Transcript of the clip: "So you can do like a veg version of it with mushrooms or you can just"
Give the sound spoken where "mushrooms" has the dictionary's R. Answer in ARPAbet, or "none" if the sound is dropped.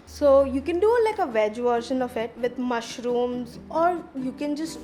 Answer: R